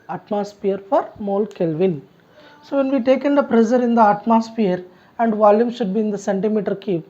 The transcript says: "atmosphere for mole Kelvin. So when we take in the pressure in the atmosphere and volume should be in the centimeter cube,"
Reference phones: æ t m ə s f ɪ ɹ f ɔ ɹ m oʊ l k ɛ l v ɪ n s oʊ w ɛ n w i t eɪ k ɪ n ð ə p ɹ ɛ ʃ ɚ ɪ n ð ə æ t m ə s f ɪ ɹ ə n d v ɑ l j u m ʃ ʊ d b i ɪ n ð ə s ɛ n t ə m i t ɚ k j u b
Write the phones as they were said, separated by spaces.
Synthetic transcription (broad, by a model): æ t m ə s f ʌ ɹ f ɔ ɹ m oʊ l k ɛ l v ɪ n s oʊ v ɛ n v i t eɪ k ɪ n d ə p ɹ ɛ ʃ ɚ ɪ n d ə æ t m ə s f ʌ ɹ ə n d v ɑ l j u m ʃ ʊ d b i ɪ n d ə s ɛ n t ə m i t ɚ k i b